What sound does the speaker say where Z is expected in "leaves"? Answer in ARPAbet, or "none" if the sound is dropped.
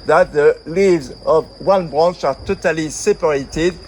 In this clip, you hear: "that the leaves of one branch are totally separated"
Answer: Z